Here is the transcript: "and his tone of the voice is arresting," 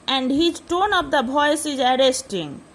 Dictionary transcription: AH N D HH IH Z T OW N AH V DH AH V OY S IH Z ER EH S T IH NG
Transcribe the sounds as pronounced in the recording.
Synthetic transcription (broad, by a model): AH N D HH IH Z T OW N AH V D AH B OY S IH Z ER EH S T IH NG